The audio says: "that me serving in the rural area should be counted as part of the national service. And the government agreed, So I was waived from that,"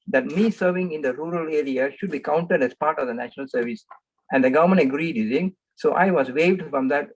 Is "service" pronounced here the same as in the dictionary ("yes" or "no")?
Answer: yes